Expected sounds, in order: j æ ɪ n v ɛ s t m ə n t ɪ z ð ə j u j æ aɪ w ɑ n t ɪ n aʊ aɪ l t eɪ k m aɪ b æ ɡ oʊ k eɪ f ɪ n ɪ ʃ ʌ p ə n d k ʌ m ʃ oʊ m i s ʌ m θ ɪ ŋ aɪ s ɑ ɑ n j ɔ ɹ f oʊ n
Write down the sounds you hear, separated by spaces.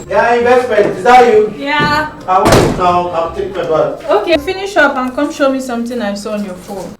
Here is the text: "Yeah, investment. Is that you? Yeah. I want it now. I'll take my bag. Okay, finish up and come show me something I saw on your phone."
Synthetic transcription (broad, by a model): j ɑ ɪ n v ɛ s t m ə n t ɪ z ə j u j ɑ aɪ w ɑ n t ɪ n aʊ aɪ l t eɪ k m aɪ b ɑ oʊ k eɪ f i n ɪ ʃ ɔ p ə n k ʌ m ʃ oʊ m i s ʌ m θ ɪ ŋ aɪ s ɑ ɑ n j ɔ f oʊ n